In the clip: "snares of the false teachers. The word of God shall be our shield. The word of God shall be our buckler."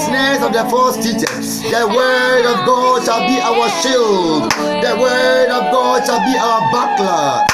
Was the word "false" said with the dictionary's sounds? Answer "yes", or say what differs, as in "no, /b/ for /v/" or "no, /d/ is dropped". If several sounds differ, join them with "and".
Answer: no, /l/ is dropped